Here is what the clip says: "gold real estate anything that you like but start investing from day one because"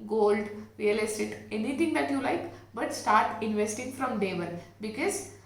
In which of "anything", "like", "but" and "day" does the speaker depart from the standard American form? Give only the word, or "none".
anything